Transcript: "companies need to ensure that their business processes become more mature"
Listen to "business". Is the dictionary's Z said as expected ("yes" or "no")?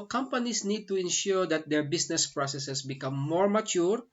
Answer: no